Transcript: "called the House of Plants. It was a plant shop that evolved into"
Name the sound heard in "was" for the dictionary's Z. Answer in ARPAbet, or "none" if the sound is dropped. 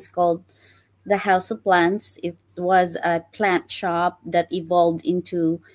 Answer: Z